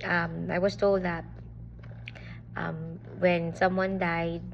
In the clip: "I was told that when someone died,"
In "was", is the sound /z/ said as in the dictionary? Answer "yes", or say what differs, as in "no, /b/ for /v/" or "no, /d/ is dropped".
no, /s/ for /z/